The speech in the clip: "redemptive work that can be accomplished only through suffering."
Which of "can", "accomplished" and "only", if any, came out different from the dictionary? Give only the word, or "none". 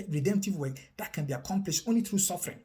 none